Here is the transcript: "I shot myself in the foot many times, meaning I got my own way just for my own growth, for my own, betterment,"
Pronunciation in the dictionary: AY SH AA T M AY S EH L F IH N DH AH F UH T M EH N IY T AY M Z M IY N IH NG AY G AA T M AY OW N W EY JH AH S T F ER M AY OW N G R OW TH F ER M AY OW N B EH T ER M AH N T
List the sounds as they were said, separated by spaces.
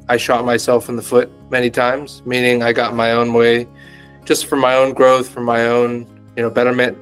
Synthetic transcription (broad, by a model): AY SH AA T M AY S EH L F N DH AH F UH T M EH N IY T AY M Z M IY N IH NG AY G AA T M AY OW N W EY JH AH S T F ER M AY OW N G R OW TH F ER M AY OW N B EH T ER M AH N T